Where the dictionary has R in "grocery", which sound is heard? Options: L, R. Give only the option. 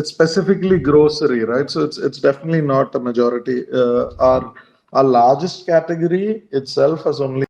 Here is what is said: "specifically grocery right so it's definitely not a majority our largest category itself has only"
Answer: R